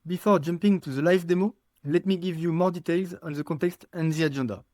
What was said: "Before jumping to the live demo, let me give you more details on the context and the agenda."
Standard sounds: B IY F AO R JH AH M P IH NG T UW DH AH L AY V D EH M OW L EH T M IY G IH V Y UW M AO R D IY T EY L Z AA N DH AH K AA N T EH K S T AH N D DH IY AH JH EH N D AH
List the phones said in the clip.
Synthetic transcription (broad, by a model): B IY F AO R JH AH M P IH NG T UW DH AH L AY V D EH M OW L EH T M IY G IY V Y UW M AO R D IY T EY L Z AA N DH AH K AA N T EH K S T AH N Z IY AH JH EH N D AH